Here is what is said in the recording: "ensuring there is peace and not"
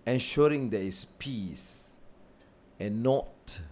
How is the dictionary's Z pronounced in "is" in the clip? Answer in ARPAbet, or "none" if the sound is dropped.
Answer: S